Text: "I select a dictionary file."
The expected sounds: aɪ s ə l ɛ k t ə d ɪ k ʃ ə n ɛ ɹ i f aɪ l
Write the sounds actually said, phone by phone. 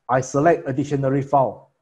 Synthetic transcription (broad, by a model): aɪ s ə l ɛ k t ə d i ʃ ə n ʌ ɹ i f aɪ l